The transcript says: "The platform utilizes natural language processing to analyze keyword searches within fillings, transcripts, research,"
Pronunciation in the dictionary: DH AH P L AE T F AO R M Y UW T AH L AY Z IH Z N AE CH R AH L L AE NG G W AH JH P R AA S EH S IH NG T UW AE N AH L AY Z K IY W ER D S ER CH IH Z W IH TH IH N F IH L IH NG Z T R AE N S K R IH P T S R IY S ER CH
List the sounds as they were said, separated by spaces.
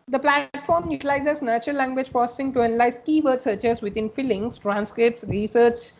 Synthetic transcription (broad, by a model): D AH P L AE T F AO R M Y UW T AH L AY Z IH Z N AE CH R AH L L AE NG G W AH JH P AA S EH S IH NG T UW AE N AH L AY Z K IY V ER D S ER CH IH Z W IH T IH N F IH L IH NG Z T R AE N S K R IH P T S R IY S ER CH